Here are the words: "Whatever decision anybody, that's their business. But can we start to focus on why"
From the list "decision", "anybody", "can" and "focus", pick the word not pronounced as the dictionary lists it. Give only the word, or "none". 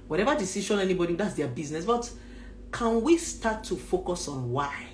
decision